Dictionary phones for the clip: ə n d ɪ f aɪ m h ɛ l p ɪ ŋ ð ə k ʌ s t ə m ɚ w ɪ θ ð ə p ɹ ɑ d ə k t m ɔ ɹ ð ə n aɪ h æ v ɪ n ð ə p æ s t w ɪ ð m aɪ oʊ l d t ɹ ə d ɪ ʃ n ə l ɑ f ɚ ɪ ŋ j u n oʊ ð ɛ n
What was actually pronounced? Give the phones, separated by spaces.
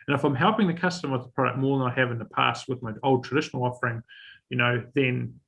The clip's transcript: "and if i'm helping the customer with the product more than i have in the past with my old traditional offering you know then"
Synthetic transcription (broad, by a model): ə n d ɪ f aɪ m h ɛ l p ɪ ŋ ð ə k ʌ s t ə m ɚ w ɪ ð ə p ɹ ɑ d ə k t m ɔ ɹ ð ə n aɪ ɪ v ɪ n ð ə p æ s t w ɪ ð m aɪ oʊ l d t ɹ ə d ɪ ʃ n l ɑ f ɚ ɪ ŋ j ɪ n oʊ ð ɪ n